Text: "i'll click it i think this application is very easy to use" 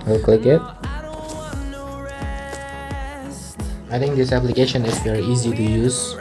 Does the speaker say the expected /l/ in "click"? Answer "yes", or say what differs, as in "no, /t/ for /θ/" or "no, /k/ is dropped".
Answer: no, /l/ is dropped